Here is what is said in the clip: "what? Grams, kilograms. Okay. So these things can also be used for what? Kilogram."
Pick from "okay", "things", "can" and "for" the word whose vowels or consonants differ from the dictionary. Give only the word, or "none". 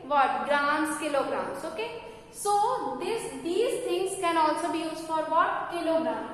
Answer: things